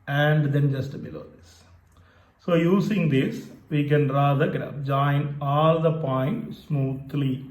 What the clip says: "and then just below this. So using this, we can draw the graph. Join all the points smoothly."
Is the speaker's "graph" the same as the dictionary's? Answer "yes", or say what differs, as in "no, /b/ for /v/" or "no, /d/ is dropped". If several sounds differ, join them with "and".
no, /p/ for /f/